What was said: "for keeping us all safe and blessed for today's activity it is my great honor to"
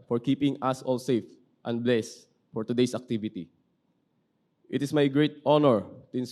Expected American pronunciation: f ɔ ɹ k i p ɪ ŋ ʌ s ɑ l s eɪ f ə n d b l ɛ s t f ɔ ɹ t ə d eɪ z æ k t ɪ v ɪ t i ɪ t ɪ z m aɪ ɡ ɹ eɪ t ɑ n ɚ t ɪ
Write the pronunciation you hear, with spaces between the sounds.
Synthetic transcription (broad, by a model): f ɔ ɹ k i p ɪ ŋ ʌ s ɑ l s eɪ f ə n d b l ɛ s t f ɔ ɹ t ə d eɪ s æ k t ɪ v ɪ t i ɪ t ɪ s m aɪ ɡ ɹ eɪ t ɑ n ɚ t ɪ